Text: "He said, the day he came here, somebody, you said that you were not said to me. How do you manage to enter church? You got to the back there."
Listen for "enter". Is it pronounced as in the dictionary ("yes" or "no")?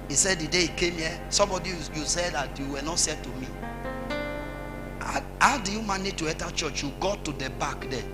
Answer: no